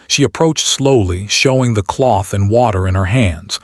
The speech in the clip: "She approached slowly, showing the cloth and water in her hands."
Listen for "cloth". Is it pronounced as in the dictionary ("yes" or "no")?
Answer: yes